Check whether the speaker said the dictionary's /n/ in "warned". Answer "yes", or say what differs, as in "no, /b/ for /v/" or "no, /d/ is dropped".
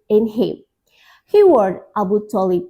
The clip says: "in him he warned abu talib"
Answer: no, /n/ is dropped